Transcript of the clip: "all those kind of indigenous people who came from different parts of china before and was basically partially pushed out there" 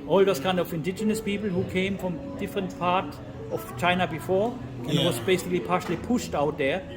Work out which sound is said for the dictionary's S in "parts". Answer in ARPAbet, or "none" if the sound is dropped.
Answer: none